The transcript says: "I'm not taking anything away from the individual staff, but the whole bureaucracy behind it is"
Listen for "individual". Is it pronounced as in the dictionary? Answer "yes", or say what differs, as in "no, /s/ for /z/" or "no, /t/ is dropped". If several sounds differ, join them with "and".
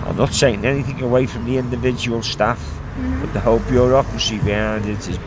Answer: yes